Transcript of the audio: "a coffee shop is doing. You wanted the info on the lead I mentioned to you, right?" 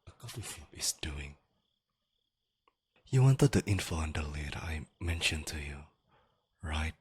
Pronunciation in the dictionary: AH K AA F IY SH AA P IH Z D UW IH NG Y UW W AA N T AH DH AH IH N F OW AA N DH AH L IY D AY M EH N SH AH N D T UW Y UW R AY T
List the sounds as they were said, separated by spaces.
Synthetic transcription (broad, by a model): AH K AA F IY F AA IH S D UW IH NG Y UW W AA N T AH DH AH IH N F OW AA N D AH L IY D AY M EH N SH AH N T UW Y UW R AY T